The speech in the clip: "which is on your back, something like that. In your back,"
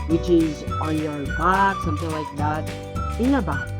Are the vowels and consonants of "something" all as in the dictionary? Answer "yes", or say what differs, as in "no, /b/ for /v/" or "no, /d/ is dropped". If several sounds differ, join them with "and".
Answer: yes